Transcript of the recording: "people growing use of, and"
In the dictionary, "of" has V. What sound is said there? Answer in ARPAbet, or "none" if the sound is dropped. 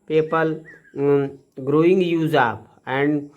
P